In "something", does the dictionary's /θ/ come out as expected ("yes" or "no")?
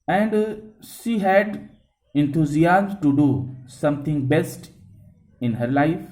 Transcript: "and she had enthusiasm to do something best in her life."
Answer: no